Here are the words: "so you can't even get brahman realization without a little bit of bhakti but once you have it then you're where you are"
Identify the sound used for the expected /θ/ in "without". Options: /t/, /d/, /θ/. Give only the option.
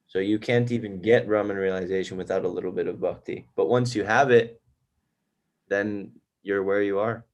/θ/